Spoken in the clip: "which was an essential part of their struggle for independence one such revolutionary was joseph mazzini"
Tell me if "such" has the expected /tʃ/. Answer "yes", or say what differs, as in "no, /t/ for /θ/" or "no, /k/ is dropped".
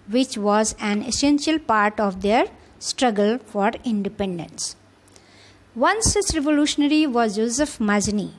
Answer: no, /s/ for /tʃ/